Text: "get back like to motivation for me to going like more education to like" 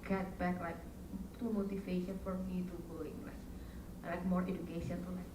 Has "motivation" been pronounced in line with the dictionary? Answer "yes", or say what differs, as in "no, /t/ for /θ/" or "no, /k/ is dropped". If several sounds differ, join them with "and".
no, /f/ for /v/